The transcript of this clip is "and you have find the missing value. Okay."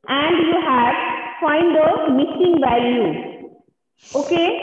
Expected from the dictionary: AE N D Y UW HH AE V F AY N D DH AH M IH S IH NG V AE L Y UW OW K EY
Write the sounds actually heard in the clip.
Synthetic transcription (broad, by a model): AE N D Y UW HH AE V F AY N D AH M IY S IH NG B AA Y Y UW OW K EY